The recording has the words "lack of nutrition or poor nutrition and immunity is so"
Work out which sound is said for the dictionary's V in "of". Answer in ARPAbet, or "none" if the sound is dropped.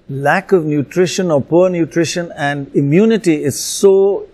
V